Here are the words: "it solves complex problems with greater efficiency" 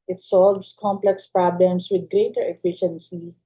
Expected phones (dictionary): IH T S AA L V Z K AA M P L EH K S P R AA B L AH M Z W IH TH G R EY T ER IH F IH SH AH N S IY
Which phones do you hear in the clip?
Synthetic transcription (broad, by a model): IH T S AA L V S K AA M P L EH K S P R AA B L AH M S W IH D G R EY T ER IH F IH SH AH N S IY